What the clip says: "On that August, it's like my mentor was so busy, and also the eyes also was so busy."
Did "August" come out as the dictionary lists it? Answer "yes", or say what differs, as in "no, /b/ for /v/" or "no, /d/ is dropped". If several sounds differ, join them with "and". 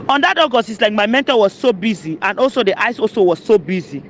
no, /t/ is dropped